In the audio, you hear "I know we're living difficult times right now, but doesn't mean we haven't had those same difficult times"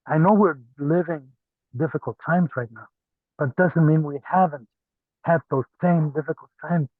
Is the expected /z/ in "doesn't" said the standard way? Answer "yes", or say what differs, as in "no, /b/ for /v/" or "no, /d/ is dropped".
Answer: yes